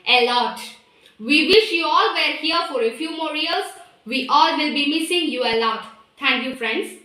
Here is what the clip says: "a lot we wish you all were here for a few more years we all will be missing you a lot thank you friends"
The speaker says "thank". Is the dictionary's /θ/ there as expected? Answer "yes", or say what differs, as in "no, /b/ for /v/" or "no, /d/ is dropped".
no, /t/ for /θ/